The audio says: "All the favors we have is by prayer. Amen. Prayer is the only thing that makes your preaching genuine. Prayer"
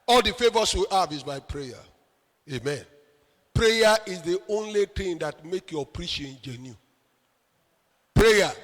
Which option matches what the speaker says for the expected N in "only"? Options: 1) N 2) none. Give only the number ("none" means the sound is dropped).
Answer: 1